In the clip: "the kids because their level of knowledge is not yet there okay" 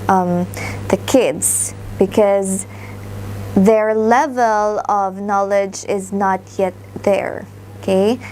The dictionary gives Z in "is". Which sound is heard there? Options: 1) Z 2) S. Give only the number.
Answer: 1